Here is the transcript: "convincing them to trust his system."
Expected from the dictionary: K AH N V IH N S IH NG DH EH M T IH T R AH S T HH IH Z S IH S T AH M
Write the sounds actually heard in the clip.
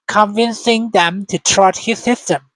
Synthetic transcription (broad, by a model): K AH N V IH N S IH NG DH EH M T IH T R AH T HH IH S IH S T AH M